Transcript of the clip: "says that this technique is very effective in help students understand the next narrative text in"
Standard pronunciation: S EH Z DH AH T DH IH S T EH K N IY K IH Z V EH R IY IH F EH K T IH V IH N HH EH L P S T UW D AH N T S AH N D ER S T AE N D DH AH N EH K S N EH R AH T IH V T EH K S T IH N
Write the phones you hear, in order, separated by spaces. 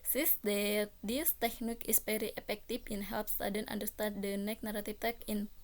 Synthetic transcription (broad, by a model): S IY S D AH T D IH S T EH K N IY K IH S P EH R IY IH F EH K T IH F IH N HH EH L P S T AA D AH N T AH N D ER S T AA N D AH N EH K N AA R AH T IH F T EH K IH N